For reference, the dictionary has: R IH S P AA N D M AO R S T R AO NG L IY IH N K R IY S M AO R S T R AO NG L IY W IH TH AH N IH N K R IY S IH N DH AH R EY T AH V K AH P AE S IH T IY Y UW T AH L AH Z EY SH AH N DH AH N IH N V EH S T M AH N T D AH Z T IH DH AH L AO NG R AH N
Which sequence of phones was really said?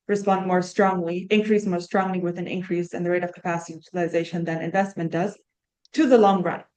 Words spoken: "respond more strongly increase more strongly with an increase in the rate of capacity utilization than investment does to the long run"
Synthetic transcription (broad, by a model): R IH S P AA N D M AO R S T R AO NG L IY IH N K R IY S M AO R S T R AO NG L IY W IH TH AH N IH N K R IY S IH N DH AH R EY T AH V K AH P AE S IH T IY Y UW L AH AH Z EY SH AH N DH AH N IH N V EH S T M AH N D AH Z T IH DH AH L AO NG R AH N